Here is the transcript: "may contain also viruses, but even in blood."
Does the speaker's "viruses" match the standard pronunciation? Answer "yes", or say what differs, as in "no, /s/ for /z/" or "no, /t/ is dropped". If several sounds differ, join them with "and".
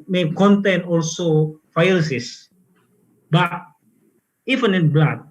no, /f/ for /v/ and /s/ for /z/